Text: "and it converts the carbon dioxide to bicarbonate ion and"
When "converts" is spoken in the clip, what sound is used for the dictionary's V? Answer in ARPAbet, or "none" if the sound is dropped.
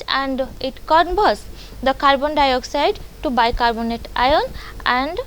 B